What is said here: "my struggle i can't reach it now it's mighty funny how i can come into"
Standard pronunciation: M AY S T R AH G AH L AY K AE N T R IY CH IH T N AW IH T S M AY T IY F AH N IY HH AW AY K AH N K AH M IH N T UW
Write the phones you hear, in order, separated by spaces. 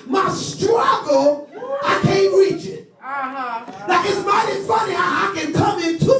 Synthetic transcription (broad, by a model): M AY S T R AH G L AY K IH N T R IY CH IH T L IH IH T S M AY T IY F AH N IY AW AY K AH N K AH M IH N T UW